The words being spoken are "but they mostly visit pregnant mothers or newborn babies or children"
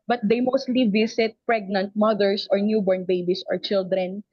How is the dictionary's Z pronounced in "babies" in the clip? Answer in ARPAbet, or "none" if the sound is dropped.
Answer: S